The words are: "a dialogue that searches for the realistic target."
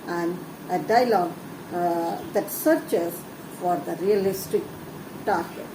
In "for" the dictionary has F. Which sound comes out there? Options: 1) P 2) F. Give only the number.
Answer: 2